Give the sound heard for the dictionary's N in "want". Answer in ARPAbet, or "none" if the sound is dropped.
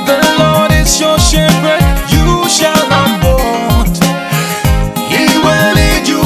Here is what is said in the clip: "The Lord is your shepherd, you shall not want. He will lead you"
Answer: none